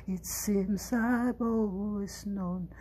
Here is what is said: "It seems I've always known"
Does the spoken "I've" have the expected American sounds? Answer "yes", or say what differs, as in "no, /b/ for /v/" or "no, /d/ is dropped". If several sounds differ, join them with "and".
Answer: no, /b/ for /v/